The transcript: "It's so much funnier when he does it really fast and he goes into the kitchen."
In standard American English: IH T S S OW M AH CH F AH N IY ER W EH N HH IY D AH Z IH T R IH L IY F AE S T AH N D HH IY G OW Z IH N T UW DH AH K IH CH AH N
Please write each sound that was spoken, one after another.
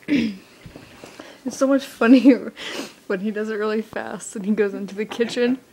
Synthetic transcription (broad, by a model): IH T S S OW M AH CH F AH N IY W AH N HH IY D AH Z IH T R IH L IY F AE S T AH N IY G OW Z IH N T UW DH AH K IH CH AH N